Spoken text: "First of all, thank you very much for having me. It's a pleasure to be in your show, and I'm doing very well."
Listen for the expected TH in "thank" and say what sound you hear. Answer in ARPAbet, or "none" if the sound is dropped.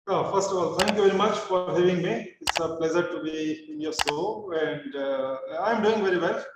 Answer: T